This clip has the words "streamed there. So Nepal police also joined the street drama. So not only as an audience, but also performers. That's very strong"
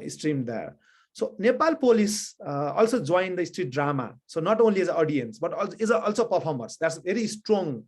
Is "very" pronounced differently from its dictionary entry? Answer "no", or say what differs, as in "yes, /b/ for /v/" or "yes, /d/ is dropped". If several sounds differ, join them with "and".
yes, /b/ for /v/